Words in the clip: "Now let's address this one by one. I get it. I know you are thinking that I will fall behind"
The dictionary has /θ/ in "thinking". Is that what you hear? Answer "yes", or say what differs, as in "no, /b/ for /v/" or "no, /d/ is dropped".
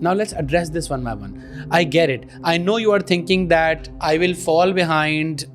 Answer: no, /t/ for /θ/